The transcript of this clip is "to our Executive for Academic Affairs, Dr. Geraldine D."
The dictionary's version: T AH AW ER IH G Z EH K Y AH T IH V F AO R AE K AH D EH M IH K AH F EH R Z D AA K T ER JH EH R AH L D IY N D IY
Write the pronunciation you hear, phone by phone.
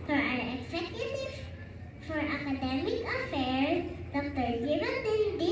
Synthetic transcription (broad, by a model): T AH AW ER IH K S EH K Y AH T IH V F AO R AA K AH D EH M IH K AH F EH R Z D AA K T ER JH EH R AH N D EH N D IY